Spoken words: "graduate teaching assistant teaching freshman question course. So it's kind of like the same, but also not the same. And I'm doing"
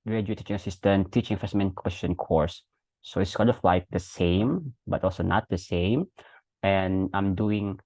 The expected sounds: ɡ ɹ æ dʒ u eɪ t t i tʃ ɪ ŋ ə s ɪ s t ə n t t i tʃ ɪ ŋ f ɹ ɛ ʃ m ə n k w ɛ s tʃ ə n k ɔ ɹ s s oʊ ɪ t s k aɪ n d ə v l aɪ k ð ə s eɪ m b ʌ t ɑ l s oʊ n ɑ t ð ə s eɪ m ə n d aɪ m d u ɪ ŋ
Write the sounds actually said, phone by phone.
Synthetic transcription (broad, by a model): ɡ ɹ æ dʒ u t t i tʃ ɪ ŋ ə s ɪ s t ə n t t i tʃ ɪ ŋ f ɛ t m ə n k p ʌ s ʃ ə n k ɔ ɹ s s oʊ ɪ t s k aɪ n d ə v l aɪ k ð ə s eɪ m b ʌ t ɑ l s oʊ n ɑ t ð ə s eɪ m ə n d aɪ m d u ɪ ŋ